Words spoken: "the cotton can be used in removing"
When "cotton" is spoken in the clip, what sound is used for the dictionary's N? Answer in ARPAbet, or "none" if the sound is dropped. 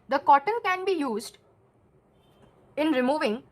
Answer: N